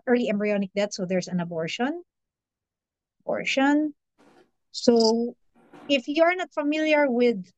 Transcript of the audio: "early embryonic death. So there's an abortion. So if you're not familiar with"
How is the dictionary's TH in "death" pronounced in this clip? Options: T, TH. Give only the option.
T